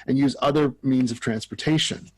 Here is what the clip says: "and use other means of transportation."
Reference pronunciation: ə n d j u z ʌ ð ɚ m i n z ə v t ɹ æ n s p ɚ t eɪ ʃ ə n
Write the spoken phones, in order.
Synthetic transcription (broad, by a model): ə n j u z ʌ ð ɚ m i n z ə v t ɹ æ n s p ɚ t eɪ ʃ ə n